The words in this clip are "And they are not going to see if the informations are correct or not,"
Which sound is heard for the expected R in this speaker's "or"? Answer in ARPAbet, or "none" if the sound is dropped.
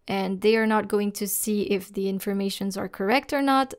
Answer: R